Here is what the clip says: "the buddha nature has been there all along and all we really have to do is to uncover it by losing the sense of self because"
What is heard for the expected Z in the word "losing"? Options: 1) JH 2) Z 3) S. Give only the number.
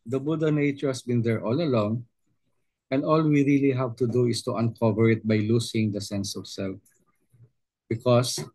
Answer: 3